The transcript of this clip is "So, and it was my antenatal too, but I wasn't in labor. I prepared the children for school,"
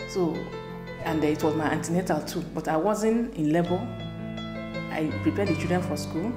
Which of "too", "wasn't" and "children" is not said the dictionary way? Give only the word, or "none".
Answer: children